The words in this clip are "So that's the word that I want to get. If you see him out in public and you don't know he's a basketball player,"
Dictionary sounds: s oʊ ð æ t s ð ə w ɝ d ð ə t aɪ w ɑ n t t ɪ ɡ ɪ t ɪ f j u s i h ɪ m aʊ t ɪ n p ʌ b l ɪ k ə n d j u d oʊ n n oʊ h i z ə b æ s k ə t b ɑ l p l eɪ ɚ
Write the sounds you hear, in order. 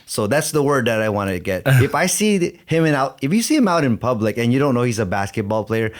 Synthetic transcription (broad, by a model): s oʊ ð æ t s ð ə w ɝ d ð ə t aɪ w ɑ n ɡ t ɪ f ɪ t ɪ f j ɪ s i h ɪ m aʊ t ɪ n p ʌ b l ɪ k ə n j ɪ d oʊ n n oʊ h i z ə b æ s k ə t b ɑ l p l eɪ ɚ